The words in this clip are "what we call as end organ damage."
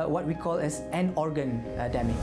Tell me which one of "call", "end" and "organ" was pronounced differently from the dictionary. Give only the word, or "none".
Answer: end